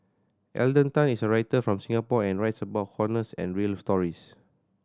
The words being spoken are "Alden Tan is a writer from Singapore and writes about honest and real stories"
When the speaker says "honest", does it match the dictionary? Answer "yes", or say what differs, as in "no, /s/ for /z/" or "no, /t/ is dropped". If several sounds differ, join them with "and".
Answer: no, /t/ is dropped